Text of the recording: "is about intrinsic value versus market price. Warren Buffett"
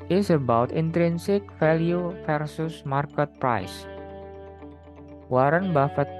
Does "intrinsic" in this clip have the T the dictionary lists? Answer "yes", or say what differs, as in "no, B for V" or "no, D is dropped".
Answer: yes